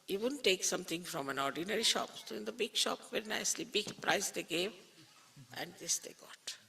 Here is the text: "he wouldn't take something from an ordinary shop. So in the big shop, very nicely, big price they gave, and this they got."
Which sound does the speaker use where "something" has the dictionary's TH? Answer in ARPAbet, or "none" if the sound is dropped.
T